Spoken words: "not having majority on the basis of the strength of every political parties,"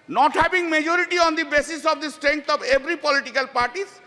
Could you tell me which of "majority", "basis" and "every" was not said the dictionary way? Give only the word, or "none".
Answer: every